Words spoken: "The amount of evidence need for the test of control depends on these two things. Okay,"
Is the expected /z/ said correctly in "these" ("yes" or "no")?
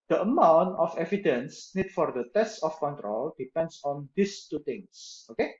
no